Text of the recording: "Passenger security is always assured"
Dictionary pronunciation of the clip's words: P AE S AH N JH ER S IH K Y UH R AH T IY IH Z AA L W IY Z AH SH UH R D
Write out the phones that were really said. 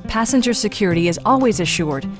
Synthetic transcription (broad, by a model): P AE S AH N JH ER S IH K Y UH R AH T IY IH Z AA L W IY Z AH SH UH R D